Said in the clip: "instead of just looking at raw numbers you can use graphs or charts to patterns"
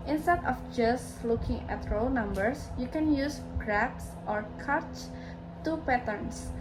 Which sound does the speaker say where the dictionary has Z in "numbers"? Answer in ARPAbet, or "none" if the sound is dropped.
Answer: S